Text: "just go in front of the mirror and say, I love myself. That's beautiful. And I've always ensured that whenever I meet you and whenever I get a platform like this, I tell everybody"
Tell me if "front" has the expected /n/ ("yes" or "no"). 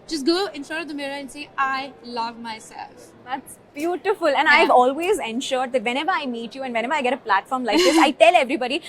no